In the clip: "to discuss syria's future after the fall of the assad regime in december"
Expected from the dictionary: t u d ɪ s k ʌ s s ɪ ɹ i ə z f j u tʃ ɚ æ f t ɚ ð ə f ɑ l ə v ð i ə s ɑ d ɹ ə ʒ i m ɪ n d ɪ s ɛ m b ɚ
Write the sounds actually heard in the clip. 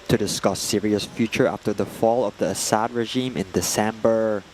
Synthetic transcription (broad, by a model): t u d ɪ s k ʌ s s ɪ ɹ i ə s f j u tʃ ɚ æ f t ɚ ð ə f ɑ l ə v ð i ə s ɑ d ɹ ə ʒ i m ɪ n d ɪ s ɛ m b ɚ